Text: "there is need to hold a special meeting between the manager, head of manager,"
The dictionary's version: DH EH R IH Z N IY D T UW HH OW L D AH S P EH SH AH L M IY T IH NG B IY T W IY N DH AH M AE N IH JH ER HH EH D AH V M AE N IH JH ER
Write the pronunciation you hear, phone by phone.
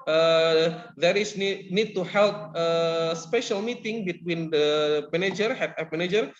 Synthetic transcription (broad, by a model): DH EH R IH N N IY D T UW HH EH L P AH S P EH SH AH L M IY T IH NG B IY T W IY N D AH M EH N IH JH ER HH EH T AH P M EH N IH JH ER